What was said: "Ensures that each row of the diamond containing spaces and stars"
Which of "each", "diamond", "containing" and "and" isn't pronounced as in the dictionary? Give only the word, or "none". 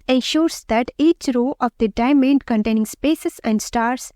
none